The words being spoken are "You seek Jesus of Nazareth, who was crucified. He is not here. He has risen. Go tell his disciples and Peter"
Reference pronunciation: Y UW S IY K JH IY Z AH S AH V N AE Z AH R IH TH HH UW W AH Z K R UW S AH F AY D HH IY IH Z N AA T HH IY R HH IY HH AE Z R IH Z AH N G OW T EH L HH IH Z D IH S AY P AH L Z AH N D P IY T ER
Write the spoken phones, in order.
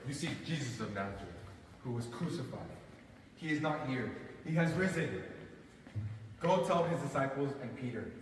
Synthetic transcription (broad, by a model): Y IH S IY JH IY Z AH S AH V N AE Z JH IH HH UW W AH Z K R UW S AH F AY D HH IY IH Z N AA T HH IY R HH IY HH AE Z R IH Z AH N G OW T EH L HH IH Z D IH S AY P L Z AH N P IY T ER